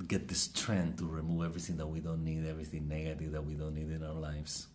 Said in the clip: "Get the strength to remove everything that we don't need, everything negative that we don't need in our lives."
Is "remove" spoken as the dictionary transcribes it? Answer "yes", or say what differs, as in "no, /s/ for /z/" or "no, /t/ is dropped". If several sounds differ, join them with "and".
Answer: yes